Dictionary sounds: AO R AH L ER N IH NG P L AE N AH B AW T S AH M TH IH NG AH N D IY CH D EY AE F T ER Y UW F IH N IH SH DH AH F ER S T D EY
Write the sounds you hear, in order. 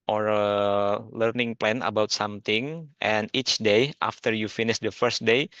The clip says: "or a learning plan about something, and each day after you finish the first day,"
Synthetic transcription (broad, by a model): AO R AH L ER N IH NG P L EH N AH B AW T S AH M T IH NG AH N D IY CH D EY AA F T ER Y UW F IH N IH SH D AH F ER S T D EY